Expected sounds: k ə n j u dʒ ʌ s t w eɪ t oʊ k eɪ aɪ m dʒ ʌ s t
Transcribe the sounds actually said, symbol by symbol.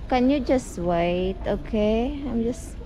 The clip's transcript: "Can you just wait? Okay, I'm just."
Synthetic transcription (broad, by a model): k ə n j u dʒ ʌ s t w eɪ t oʊ k eɪ aɪ m dʒ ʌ s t